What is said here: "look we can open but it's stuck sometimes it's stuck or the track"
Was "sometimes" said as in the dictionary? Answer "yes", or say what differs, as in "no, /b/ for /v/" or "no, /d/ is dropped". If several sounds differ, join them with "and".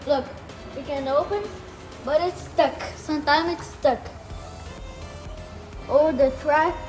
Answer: no, /z/ is dropped